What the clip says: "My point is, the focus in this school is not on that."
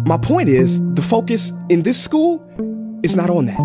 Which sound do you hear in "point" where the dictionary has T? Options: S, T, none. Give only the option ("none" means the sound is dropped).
T